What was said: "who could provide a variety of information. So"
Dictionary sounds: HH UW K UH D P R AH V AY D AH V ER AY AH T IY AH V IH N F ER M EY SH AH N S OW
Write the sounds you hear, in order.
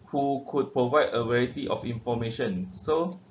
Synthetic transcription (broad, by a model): HH UW K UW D P R AH V AY D AH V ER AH T IY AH F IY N F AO M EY SH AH N S OW